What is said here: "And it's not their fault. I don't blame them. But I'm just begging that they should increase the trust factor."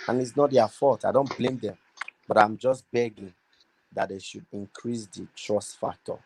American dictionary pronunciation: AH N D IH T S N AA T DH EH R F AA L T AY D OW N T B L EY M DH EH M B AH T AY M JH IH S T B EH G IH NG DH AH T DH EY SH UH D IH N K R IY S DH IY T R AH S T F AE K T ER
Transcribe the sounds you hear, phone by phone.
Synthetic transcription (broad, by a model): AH N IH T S N AA T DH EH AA F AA T AY D OW N T B L EY M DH EH M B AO T AY M JH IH S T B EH G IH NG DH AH T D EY SH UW D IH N K R IY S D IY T R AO S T F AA K T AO